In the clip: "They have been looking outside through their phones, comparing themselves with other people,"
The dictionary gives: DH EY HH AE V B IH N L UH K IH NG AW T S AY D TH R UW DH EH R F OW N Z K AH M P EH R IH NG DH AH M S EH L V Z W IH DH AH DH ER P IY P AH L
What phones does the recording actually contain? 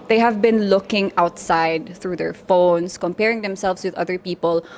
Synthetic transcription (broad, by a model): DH EY HH AE V B IH N L UH K IH NG AW T S AY D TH R UW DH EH R F OW N S K AH M P EH R IH NG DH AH M S EH L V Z W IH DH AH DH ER P IY P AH L